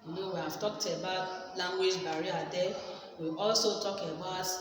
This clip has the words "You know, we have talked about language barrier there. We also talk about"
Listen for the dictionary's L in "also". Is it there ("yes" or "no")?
yes